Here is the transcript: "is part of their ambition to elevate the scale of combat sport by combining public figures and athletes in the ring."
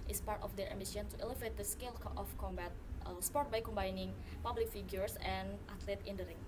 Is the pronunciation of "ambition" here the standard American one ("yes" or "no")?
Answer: no